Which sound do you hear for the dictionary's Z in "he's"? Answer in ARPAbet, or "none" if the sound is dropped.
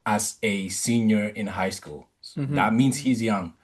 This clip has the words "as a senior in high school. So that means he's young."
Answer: Z